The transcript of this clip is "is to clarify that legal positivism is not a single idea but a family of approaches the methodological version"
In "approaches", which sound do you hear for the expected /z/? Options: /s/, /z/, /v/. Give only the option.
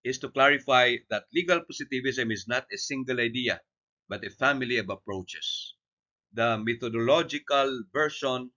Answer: /s/